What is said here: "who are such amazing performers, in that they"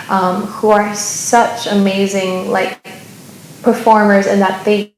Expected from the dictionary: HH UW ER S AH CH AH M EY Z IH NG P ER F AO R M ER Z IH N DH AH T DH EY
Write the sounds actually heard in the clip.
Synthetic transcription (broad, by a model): HH UW ER S AH CH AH M EY Z IH NG P ER F AO R M ER Z IH N DH AH T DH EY